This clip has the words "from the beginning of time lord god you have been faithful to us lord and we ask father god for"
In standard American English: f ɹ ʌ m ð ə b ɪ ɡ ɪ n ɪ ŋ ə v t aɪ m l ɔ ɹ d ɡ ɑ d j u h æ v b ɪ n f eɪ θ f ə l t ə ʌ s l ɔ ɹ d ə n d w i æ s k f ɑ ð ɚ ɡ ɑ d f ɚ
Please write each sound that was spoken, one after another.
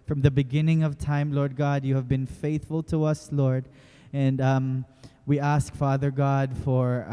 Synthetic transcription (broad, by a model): f ɹ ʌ m ð ə b ɪ ɡ ɪ n ɪ ŋ ə v t aɪ m l ɔ ɹ d ɡ ɑ d j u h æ v b ɪ n f eɪ θ f ə l t ə ʌ s l ɔ ɹ d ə n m w i æ s k f ɑ ð ɚ ɡ ɑ d f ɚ